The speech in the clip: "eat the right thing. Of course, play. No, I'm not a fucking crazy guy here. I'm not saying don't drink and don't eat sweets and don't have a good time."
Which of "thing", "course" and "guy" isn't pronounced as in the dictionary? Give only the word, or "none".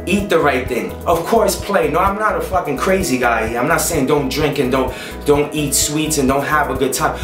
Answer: none